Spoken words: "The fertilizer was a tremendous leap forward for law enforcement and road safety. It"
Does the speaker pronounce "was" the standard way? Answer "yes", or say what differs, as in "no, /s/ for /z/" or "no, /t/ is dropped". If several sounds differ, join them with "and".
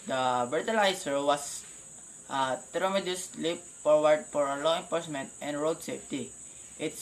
no, /s/ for /z/